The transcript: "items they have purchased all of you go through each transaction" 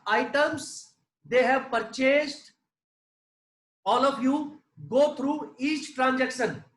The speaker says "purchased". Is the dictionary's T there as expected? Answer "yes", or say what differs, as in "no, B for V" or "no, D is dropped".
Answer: yes